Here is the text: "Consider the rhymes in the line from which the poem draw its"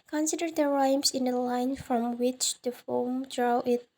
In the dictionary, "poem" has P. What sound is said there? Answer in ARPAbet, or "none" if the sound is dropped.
F